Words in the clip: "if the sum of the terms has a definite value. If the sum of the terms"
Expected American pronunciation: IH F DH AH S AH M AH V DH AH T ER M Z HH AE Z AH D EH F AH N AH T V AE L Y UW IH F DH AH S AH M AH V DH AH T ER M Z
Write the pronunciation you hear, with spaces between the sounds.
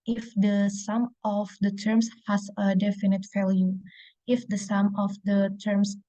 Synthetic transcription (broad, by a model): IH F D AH S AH M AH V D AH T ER M S HH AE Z AH D EH F AH N AH T F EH L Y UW IH F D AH S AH M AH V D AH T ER M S